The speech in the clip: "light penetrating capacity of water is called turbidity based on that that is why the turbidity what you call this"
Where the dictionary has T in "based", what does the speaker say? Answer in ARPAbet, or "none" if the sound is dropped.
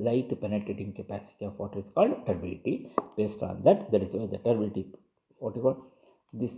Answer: T